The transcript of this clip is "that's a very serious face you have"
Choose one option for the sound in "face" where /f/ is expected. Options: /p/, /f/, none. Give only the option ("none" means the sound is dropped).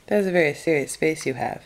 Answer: /p/